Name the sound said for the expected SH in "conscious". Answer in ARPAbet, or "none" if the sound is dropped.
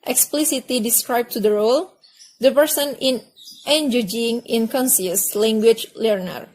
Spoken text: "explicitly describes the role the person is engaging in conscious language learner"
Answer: S